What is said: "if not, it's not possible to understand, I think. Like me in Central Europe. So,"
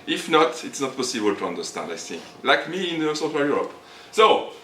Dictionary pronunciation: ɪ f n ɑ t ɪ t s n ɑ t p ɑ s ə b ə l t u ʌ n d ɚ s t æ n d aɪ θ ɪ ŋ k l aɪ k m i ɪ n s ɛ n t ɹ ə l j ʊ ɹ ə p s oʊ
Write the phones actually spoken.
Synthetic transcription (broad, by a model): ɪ f n ɑ t ɪ t s n ɑ t p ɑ s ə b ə l t u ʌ n d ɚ s t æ n d aɪ θ ɪ ŋ k l aɪ k m i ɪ n s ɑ t w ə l j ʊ ɹ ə p s oʊ